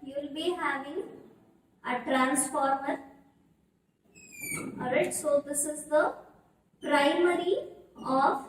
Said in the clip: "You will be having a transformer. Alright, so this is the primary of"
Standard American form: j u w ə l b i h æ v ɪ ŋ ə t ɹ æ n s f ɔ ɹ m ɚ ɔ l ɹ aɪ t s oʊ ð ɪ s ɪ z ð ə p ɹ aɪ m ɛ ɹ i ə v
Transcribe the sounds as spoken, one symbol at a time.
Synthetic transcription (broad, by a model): j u l b i h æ v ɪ ŋ ə t ɹ æ n s f ɔ ɹ m ɚ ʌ ɹ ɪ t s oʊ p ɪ s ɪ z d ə p ɹ aɪ m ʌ ɹ i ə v